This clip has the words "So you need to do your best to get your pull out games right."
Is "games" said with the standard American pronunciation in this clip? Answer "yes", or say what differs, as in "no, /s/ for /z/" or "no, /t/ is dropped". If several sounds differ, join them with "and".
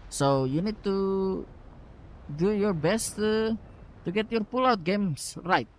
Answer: no, /s/ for /z/